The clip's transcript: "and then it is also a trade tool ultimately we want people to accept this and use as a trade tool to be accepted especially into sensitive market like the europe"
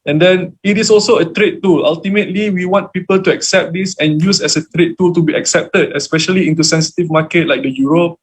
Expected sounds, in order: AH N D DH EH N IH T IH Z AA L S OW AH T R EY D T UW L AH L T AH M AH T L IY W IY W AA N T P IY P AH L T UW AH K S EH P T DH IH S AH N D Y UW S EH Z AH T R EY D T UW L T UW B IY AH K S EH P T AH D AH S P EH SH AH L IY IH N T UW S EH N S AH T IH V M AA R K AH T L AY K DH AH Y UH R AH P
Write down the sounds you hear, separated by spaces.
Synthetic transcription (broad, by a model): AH N D EH N IH T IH S AA L S OW AH T R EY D T UW L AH L T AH M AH T L IY W IY W AA N T P IY P AH L T UW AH K S EH P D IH S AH N Y UW S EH S AH T R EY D T UW L T UW B IY AH K S EH P T AH D AH S P EH SH AH L IY IH N T UW S EH N S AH T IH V M AA K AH T L AY K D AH Y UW R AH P